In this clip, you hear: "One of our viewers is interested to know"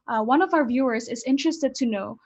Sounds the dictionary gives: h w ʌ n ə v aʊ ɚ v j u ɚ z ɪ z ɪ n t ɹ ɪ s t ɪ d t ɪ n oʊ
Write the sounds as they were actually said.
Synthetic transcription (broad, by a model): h w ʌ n ə v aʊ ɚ v j u ɚ z ɪ z ɪ n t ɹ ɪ s t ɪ d t ɪ n oʊ